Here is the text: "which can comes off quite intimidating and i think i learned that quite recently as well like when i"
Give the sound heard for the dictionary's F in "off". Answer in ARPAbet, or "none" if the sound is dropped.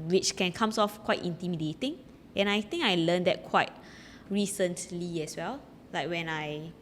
F